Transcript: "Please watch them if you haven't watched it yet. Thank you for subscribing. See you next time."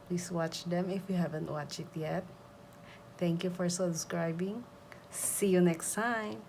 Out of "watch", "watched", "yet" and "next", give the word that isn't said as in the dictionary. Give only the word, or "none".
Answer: watched